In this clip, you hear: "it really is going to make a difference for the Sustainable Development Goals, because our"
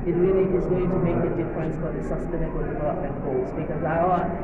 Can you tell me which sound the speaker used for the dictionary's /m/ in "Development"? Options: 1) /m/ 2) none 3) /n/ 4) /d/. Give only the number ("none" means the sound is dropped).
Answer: 2